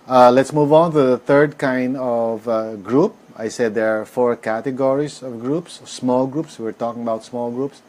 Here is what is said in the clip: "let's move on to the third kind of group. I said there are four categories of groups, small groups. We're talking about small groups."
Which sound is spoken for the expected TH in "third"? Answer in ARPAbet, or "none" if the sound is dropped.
T